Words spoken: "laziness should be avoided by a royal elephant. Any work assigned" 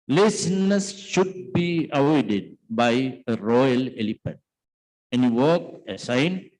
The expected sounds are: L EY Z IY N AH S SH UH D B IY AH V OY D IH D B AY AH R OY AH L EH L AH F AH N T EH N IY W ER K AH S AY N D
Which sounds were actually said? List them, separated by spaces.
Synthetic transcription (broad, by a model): L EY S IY N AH S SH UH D B IY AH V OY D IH D B AY AH R OY AH L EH L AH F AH T EH N IY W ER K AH S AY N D